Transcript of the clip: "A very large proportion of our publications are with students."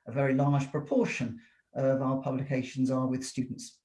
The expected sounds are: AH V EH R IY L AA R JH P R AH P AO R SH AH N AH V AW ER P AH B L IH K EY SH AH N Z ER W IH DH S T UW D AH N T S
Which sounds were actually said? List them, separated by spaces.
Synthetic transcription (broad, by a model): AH V EH R IY L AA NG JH P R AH P AO SH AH N AH V AW ER P AH B L IH K EY SH AH N Z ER W IH DH S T UW D N T S